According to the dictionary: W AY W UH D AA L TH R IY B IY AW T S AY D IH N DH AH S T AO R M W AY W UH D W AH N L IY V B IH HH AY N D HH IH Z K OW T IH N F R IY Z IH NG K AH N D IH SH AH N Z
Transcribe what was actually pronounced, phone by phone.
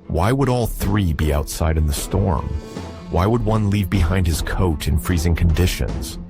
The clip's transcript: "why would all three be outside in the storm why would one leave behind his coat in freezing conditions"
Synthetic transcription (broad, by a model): W AY W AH D AA L TH R IY B IY AW T S AY D IH N DH AH S T AO R M W AY W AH D W AH N L IY V B IH HH AY N D HH IH Z K OW T IH N F R IY Z IH NG K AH N D IH SH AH N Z